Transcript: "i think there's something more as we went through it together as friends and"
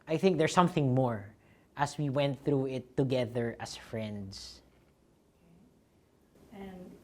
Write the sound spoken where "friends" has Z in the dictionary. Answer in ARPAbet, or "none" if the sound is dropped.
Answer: S